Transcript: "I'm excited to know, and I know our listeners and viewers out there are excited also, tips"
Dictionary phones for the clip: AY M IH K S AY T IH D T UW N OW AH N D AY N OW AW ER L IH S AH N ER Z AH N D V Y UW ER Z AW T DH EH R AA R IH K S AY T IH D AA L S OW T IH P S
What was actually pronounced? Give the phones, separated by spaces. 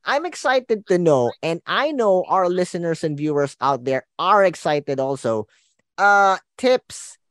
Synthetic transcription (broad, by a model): AY M IH K S AY T IH D T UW N OW AH N D AY N OW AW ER L IH S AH N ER S AH N D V Y UW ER S AW T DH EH R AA R IH K S AY T IH D AA L S OW T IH P S